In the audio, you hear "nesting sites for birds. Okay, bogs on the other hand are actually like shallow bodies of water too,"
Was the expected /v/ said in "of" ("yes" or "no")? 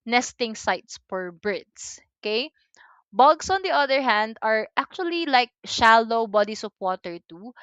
no